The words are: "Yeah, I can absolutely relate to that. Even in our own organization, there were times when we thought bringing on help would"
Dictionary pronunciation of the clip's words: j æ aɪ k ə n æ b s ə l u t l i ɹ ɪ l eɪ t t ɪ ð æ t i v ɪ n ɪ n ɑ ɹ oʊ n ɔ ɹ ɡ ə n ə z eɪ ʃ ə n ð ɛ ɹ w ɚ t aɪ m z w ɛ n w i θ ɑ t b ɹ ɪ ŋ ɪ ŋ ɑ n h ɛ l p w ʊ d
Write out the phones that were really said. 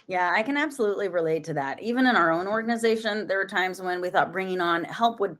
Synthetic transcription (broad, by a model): j æ aɪ k ə n æ b s ə l u t l i ɹ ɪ l eɪ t t ɪ ð æ t i v ɪ n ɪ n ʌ ɹ oʊ n ɔ ɹ ɡ ə n ə z eɪ ʃ ə n ð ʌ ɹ w ɚ t aɪ m z w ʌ n w i θ ɑ t b ɹ ɪ ŋ ɪ ŋ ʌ n h ɛ l p w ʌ d